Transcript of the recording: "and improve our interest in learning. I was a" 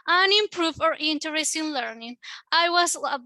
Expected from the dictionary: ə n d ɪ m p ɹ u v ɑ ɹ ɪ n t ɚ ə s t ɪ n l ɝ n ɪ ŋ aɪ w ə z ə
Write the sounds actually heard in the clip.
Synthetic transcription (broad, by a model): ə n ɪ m p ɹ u f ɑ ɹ ɪ n t ɚ ə s t ɪ n l ɝ n ɪ ŋ aɪ w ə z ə